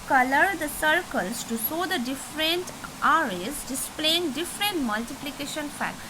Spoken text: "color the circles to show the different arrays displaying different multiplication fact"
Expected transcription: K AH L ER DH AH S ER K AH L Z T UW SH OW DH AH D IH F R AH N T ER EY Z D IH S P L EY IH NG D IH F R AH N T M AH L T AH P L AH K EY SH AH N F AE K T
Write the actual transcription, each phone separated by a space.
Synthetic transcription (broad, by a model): K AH L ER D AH S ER K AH L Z T UW S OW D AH D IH F R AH N T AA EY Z D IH S P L EY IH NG D IH F R AH N T M AH L T AH P L AH K EY SH AH N F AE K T